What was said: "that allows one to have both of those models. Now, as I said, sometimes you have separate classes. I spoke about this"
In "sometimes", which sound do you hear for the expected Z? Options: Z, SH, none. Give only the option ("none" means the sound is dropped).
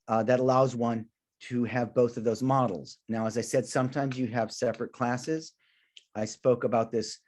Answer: Z